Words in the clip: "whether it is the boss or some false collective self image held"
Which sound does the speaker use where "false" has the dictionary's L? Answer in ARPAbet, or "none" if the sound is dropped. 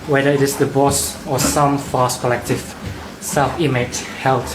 none